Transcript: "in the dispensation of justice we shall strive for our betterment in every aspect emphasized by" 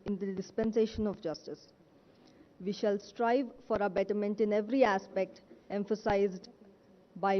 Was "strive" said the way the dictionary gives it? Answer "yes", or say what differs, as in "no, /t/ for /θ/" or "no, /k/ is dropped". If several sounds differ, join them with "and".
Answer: yes